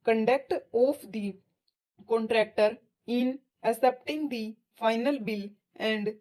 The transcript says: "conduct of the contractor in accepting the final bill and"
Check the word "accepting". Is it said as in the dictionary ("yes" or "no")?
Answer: no